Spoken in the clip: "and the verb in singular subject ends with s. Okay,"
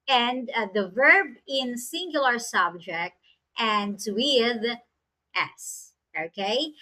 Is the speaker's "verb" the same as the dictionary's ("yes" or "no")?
yes